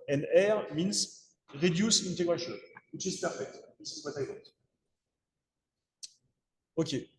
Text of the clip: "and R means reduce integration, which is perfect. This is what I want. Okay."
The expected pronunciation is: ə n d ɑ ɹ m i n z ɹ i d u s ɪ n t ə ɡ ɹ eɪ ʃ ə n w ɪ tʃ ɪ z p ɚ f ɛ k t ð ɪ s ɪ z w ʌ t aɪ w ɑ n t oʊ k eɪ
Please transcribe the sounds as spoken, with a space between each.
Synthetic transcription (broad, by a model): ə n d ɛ ɹ m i n s ɹ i d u s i n t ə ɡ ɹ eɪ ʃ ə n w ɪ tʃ ɪ z p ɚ f ɛ k t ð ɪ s ɪ z w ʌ t aɪ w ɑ t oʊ k eɪ